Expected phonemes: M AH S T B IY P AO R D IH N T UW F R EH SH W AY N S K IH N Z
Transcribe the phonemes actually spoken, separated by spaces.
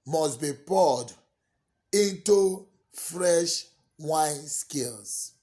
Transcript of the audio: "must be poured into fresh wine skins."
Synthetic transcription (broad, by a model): M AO S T B IY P AO D IH N T UW F R EH SH W AY N S K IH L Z